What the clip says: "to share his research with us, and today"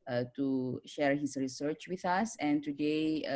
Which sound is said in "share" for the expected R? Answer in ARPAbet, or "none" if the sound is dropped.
R